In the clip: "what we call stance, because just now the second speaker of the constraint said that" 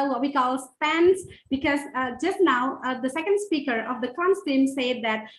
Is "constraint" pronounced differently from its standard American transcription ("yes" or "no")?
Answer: yes